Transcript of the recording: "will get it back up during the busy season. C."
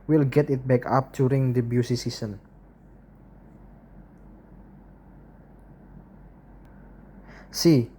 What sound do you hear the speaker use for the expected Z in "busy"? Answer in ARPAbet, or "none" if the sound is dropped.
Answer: S